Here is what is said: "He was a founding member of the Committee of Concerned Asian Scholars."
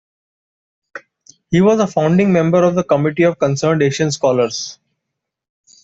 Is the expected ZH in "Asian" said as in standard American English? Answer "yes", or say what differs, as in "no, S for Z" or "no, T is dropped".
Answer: no, SH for ZH